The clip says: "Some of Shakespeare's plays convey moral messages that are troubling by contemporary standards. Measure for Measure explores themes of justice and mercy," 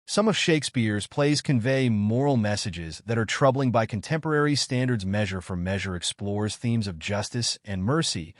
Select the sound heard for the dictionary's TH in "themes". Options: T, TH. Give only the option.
TH